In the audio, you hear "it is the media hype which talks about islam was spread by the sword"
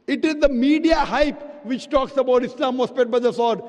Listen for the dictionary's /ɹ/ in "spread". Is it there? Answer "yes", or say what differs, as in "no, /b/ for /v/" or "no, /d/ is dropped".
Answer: no, /ɹ/ is dropped